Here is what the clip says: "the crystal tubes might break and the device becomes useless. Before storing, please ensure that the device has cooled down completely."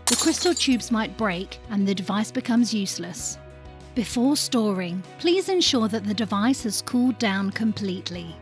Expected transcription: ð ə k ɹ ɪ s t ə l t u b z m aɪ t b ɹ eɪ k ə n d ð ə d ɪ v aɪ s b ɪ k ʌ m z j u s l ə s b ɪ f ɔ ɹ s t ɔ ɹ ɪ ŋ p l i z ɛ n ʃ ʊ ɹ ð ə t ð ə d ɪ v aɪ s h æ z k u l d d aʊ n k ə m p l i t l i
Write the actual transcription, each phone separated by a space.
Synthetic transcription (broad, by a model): ð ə k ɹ ɪ s t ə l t u b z m aɪ t b ɹ eɪ k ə n ð ə d ɪ v aɪ s b ɪ k ʌ m z j u s l ə s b ɪ f ɔ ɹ s t ɔ ɹ ɪ ŋ p l i z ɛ n ʃ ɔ ɹ ð ə t ð ə d ɪ v aɪ s h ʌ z k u l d d aʊ n k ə m p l i t l i